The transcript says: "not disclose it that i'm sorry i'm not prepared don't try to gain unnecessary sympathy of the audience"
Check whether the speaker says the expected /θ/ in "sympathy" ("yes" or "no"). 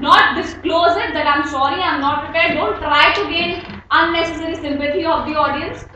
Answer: no